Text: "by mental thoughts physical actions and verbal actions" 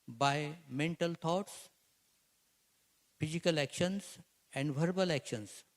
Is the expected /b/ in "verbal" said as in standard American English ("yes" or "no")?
yes